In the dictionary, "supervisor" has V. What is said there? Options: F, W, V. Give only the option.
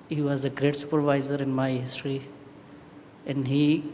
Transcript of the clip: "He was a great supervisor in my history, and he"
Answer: V